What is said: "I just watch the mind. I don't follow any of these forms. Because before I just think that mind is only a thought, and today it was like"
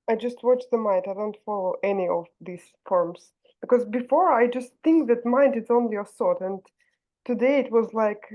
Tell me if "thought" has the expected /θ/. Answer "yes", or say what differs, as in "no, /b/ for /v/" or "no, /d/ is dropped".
no, /s/ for /θ/